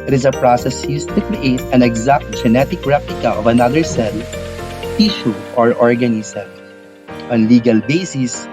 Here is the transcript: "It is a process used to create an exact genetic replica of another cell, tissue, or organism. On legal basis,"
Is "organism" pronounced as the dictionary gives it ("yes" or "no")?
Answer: no